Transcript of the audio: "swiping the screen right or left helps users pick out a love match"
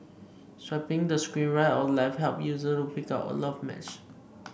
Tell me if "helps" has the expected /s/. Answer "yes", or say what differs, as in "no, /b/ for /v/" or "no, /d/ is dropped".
no, /s/ is dropped